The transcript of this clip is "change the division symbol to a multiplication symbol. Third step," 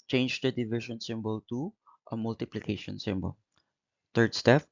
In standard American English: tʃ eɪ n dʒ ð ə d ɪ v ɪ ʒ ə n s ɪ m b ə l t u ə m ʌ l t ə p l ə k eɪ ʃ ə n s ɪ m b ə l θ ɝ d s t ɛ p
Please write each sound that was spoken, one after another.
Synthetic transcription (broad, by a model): tʃ eɪ n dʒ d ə d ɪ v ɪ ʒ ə n s ɪ m b ə l t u ə m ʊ l t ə p l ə k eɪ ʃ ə n s ɪ m b ə l t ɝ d s t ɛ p